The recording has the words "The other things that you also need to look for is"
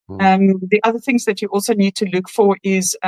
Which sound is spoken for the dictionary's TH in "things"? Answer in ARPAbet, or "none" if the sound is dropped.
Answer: TH